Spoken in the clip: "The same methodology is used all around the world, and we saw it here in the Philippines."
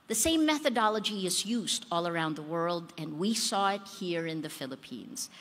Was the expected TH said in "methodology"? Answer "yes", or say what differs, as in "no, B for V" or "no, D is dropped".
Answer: yes